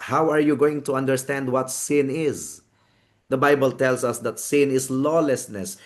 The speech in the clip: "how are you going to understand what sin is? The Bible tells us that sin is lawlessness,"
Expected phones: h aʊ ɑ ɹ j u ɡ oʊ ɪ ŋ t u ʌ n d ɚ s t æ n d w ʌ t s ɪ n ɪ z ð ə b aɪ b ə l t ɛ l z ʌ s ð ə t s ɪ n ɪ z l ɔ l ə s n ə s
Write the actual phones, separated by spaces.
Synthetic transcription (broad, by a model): h aʊ ɑ ɹ j u ɡ oʊ ɪ ŋ t u ʌ n d ɚ s t æ n d w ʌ t s ɪ n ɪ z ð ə b aɪ b ə l t ɛ l s ʌ s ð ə t s ɪ n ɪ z l ɔ l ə s n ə s